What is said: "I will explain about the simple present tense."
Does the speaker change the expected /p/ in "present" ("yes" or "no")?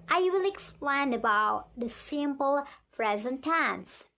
yes